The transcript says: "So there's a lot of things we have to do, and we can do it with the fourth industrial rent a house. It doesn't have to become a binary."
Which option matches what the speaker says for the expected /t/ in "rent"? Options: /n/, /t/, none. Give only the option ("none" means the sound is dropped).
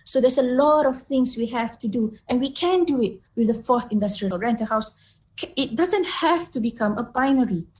/t/